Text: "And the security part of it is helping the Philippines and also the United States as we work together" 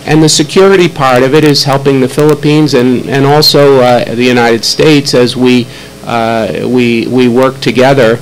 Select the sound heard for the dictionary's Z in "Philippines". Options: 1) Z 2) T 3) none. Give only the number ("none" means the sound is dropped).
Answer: 1